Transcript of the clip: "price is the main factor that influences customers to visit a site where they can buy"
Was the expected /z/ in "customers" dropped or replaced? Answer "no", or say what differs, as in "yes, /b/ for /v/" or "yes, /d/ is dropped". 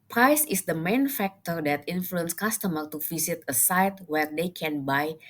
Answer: yes, /z/ is dropped